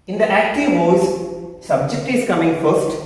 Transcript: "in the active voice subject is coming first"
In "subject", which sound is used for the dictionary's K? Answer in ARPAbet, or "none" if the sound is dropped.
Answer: K